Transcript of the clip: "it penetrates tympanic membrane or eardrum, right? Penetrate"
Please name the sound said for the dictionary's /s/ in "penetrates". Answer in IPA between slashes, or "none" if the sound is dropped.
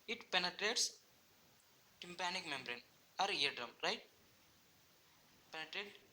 /s/